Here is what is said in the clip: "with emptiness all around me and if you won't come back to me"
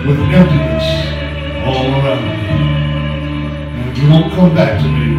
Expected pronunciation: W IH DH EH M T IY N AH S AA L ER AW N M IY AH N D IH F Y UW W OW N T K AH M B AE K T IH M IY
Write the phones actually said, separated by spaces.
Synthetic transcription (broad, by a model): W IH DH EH T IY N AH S AA L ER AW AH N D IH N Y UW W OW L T K AH M B AE K T IH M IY